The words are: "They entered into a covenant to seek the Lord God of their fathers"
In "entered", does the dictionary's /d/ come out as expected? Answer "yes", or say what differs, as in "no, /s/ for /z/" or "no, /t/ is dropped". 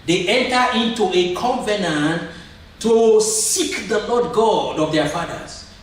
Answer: no, /d/ is dropped